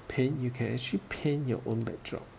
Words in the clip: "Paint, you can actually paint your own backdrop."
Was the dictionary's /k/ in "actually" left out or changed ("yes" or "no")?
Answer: yes